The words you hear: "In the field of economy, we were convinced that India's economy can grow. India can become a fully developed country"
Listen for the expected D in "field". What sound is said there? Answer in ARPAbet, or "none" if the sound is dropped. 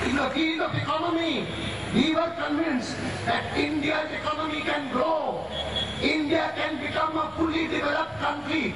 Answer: none